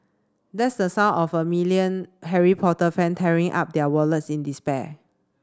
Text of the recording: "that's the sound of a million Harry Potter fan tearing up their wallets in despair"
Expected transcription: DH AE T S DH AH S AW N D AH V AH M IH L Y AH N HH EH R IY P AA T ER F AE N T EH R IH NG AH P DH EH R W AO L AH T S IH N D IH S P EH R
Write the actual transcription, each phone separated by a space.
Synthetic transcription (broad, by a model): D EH T S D AH S AW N AH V AH M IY L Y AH N HH EH R IY P AA T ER F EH N T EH R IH NG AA P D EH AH W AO L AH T S IH N D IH S P EH